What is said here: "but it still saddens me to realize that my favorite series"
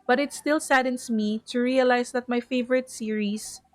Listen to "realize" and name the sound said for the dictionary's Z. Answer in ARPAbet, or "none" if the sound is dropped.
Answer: S